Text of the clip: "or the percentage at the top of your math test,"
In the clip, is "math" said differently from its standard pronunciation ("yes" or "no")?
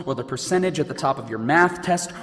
no